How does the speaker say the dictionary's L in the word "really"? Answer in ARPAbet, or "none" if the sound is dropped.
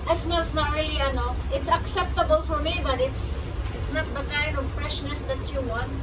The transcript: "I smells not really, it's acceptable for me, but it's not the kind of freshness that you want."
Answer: N